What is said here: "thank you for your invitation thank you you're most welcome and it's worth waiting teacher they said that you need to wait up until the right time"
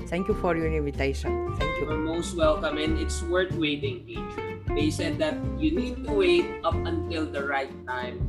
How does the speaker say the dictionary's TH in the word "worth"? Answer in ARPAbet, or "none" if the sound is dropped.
T